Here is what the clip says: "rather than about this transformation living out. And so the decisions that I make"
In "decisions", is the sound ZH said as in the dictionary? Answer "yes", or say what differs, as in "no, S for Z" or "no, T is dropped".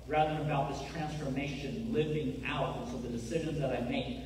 yes